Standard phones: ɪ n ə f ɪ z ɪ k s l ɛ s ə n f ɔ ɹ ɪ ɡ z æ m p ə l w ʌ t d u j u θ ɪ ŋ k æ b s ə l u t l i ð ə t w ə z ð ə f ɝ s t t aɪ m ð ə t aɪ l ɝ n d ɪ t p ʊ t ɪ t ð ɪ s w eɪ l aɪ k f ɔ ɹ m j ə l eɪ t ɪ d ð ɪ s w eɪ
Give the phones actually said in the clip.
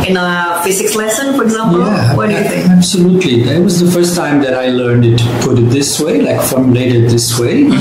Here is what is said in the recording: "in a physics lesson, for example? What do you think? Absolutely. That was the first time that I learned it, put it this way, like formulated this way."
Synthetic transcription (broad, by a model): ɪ n ə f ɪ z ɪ k s l ɛ s ə n f ɔ ɹ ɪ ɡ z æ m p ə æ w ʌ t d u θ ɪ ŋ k æ b s ə l u t l i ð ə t w ə z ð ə f ɝ s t t aɪ m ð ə t aɪ l ɝ n d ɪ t p ʊ t ɪ t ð ɪ s w eɪ l aɪ k f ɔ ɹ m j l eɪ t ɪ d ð ɪ s w eɪ